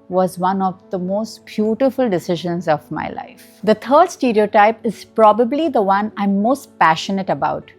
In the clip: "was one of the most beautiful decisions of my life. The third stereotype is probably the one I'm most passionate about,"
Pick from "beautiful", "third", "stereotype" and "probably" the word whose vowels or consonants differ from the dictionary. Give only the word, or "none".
third